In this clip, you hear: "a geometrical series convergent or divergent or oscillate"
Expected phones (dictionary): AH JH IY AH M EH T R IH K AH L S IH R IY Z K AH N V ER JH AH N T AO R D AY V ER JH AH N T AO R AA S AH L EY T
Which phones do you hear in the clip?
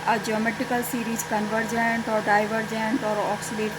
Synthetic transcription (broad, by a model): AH JH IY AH M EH T IH K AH L S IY R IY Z K AH N V ER JH AH N T AO R D AY V ER JH AH N T AO R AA S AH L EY T